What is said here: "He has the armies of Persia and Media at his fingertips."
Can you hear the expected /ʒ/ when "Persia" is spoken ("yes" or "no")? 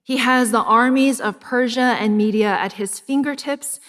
yes